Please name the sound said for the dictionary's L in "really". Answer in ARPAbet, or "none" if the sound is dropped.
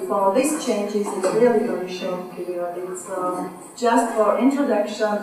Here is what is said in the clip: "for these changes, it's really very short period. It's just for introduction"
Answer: none